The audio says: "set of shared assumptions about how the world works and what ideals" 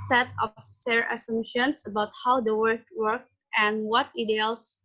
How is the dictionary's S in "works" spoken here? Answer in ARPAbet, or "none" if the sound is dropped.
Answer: none